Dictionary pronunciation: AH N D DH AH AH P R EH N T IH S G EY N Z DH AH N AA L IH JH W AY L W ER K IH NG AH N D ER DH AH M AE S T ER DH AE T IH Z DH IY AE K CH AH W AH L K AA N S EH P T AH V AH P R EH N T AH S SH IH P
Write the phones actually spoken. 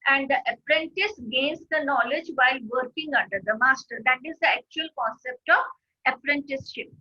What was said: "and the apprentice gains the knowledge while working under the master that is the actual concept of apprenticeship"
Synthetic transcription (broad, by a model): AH N D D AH AH P R EH N T IH S G EY N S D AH N AA L IH JH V AY L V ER K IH NG AH N D ER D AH M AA S T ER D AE T IH Z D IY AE K CH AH AH L K AA N S EH P T AH V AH P R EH N T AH S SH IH P